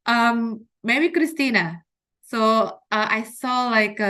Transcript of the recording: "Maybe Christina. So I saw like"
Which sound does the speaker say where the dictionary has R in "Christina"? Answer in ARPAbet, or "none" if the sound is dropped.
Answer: R